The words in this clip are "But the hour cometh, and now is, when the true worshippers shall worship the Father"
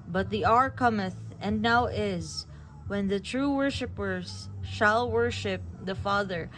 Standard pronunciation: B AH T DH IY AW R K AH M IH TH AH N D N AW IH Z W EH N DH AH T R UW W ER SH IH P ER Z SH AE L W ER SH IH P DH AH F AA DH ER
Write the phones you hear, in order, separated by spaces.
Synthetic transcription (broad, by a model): B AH T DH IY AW R K AH M IH TH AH N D N AW IH Z W EH N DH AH T R UW W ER SH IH P ER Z SH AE L W ER SH IH P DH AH F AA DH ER